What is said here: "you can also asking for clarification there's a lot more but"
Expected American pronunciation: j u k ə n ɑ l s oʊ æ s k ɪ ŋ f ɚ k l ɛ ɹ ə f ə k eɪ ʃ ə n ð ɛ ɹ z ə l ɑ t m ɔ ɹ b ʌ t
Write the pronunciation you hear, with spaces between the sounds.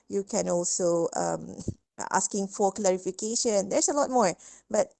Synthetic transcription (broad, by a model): j u k ə n ɑ l s oʊ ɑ s k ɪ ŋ f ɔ k l ɛ ɹ ə f ə k eɪ ʃ ə n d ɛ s ə l ɑ t m ɔ ɹ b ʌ t